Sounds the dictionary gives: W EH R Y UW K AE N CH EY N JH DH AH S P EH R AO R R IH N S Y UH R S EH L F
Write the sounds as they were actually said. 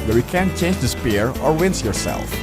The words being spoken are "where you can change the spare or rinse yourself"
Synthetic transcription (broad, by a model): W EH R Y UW K AE N CH EY N JH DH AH S P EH R AO R W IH N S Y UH R S EH L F